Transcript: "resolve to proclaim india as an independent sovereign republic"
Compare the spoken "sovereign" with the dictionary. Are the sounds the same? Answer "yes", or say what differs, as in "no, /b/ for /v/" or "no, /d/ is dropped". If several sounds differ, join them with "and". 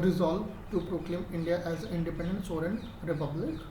no, /v/ is dropped